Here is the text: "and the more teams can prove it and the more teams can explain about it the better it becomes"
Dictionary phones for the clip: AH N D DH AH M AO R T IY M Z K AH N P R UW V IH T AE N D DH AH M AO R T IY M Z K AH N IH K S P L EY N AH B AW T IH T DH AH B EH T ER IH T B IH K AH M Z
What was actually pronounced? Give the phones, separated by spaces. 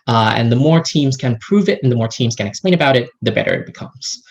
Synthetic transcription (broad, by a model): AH N DH AH M AO R T IY M Z K AH N P R UW V IH T N DH AH M AO R T IY M Z K AH N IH K S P L EY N AH B AW T IH T DH AH B EH T ER IH T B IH K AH M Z